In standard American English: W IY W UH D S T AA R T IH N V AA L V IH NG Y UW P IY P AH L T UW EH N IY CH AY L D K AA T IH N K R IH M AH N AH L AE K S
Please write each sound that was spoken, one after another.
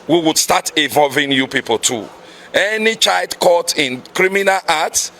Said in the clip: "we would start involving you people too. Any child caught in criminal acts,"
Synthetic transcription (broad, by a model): W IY W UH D S T AA T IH V AA L V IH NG Y UW P IY P AH L T UW EH N IY CH AY L D K AA T IH N K R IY M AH N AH L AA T S